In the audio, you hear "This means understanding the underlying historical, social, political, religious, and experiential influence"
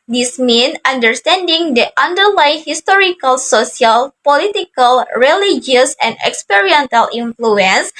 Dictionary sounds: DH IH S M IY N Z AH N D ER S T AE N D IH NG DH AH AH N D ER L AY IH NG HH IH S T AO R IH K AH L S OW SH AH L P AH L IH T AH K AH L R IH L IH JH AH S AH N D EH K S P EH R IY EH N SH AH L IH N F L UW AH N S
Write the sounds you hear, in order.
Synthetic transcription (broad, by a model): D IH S M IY N AH N D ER S T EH N D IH NG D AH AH N D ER L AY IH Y HH IH S T AO R IH K AH L S OW S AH L P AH L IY T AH K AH L R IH L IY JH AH S AH N D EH K S P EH R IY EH N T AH L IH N F L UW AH N S